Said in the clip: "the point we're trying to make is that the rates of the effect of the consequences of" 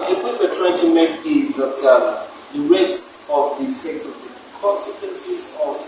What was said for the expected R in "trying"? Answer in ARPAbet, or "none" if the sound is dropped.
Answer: W